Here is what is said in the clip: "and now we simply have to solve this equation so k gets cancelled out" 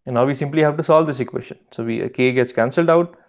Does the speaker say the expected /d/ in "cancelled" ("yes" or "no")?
yes